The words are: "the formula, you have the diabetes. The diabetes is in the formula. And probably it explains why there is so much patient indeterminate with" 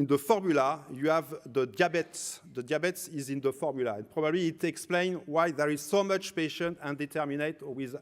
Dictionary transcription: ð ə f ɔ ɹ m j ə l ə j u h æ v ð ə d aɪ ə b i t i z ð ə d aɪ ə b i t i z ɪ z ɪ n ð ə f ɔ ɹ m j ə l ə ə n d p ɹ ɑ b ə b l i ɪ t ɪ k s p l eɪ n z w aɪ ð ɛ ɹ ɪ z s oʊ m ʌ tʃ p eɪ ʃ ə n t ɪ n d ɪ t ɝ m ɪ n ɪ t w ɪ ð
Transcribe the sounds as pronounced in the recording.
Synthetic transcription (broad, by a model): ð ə f ɔ ɹ m j ə l ə j u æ v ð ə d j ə b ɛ t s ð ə d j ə b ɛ t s ɪ z ɪ n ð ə f ɔ ɹ m j ə l ə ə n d p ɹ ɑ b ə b l i t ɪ k s p l eɪ n w aɪ ð ɛ ɹ ɪ z s oʊ m ʌ tʃ p eɪ ʃ ə n t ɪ n d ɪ t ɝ m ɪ n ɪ t w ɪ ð